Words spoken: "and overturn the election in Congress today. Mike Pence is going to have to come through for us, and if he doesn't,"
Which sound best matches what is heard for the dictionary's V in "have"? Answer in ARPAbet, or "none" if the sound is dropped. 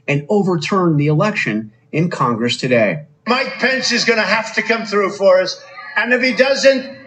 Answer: F